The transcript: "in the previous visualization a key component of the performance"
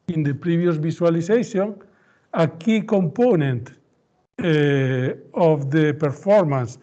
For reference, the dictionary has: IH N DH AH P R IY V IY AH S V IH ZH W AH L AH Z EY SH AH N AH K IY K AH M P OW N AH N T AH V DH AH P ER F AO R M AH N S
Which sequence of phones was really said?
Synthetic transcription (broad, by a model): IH N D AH P R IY B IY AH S B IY S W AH L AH S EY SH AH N AH K IY K AH M P OW N AH N T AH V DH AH P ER F AO R M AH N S